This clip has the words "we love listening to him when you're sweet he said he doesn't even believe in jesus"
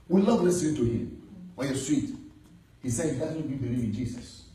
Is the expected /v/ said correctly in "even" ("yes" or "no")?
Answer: no